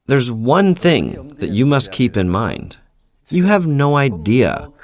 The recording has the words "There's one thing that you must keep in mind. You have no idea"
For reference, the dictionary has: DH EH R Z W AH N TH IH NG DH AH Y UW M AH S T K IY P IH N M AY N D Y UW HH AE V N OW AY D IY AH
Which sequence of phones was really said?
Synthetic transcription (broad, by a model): DH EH R Z W AH N TH IH NG DH AH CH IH M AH S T K IY P IH N M AY N D Y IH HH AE V N OW AY D IY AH